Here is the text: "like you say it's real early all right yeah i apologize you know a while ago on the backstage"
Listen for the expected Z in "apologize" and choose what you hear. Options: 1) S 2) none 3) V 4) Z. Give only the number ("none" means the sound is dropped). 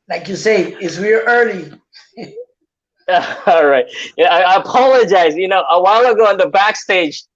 4